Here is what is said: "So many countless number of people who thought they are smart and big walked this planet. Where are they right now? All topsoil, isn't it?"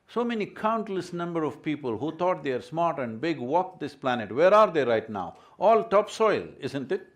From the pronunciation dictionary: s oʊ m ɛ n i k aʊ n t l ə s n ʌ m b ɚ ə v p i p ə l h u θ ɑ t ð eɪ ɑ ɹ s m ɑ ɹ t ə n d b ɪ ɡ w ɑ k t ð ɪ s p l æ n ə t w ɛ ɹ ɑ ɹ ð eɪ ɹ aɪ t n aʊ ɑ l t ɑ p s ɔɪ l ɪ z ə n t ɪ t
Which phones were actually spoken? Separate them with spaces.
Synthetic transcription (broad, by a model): s oʊ m ɛ n i k aʊ n t l ə s n ʌ m b ɚ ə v p i p ə l h u t ɑ t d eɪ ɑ ɹ s m ɑ ɹ t ə n d b ɪ ɡ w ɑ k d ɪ s p l æ n ə t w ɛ ɹ ɑ ɹ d eɪ ɹ aɪ t n aʊ ɑ l t ɑ p s ɔɪ l ɪ z ə n t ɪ t